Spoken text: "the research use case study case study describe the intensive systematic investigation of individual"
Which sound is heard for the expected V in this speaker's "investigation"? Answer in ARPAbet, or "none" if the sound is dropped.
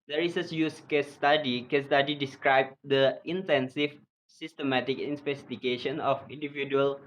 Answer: P